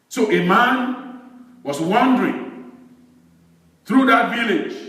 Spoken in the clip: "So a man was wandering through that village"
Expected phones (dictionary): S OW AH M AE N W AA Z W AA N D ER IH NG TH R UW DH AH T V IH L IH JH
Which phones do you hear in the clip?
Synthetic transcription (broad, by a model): S OW AH M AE N W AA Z W AA N D ER IH NG TH R UW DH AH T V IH L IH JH